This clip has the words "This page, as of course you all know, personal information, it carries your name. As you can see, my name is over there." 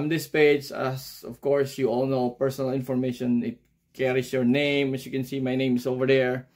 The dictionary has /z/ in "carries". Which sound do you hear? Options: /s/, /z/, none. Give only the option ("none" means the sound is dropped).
/s/